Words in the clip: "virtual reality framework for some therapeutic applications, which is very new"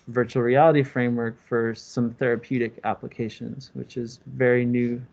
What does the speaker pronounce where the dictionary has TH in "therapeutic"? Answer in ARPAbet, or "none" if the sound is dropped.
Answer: TH